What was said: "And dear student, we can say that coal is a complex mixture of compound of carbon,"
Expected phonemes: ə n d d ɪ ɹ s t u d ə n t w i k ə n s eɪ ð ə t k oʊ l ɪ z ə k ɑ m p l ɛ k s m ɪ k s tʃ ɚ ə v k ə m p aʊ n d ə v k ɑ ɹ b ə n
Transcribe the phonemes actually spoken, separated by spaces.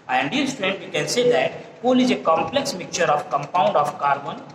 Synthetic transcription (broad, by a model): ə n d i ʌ l s t u d ə n t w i k ə n s eɪ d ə t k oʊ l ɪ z ə k ɑ m p l ɛ k s m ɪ k tʃ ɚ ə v k ə m p aʊ n d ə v k ɑ ɹ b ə n